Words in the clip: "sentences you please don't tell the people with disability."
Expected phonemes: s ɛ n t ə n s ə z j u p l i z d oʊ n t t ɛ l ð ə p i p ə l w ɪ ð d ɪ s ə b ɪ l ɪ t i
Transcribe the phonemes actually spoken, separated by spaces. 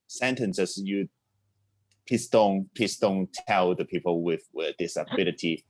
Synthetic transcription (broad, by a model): s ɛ n t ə n s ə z j u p i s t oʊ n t t ɛ l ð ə p i p ə l w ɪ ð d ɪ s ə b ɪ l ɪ t i